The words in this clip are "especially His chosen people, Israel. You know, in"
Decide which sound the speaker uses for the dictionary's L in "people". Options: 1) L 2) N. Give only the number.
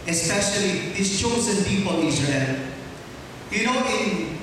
2